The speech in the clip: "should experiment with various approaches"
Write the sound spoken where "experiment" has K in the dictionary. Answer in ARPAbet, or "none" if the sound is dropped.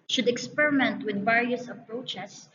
K